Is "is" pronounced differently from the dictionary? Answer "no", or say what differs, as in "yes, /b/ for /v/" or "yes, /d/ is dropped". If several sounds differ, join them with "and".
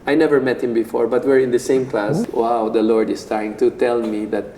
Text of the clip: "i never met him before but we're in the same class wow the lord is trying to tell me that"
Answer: yes, /s/ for /z/